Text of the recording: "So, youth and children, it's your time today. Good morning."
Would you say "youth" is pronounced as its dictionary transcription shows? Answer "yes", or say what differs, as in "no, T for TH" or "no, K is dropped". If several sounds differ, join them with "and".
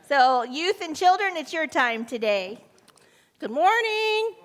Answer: yes